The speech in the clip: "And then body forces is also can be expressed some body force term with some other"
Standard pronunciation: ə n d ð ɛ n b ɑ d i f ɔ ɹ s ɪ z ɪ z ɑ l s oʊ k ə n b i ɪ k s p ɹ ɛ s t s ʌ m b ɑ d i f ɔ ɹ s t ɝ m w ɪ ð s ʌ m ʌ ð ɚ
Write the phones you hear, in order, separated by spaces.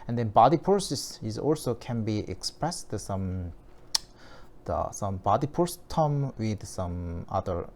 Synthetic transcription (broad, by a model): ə n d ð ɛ n b ɑ d i p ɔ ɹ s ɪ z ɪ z ɑ l s oʊ k ə n b i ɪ k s p ɹ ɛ s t s ʌ m b ɑ d i p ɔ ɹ s t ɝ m w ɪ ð s ʌ m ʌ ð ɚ